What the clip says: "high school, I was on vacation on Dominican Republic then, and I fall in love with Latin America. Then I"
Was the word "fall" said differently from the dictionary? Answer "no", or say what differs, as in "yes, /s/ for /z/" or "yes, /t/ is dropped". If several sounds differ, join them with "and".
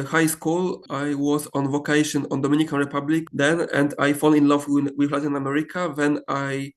yes, /n/ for /l/